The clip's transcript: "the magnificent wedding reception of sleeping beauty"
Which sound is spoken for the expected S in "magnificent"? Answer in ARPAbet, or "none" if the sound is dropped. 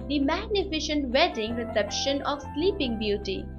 SH